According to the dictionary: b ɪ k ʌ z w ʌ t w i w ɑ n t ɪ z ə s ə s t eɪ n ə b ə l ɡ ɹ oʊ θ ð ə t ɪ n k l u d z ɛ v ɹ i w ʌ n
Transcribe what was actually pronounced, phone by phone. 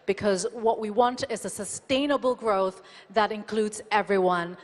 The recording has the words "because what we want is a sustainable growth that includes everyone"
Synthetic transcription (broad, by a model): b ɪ k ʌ z w ʌ t w i w ɑ n t ɪ z ə s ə s t eɪ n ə b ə l ɡ ɹ oʊ θ ð ə t ɪ n k l u d z ɛ v ɹ i w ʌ n